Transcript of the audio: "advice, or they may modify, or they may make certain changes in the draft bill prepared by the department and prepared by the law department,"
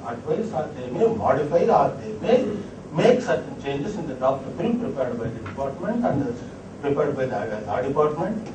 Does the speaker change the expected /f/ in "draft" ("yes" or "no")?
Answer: yes